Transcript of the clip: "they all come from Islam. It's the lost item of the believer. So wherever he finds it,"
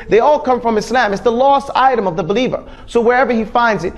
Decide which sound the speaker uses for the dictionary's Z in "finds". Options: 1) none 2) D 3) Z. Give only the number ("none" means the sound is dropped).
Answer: 3